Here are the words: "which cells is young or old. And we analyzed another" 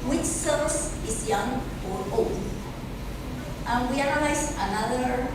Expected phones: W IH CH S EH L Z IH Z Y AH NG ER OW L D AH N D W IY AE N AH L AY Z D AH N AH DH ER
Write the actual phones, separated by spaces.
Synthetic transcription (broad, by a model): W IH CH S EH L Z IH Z Y AH NG ER OW L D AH N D W IY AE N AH L AY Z AH N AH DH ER